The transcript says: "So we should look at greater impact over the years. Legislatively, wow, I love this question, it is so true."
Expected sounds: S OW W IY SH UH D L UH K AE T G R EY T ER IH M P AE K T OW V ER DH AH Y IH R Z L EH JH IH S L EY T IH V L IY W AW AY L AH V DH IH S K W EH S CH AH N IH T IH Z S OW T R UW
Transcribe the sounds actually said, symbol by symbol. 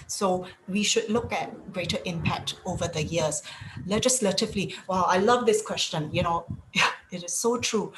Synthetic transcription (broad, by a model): S OW W IY SH UH D L UH K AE T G R EY T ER IH M P AE K T OW V ER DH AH Y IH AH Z L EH JH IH S L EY T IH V L IY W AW AY L AH V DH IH S K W EH S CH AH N IH T IH Z S OW T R UW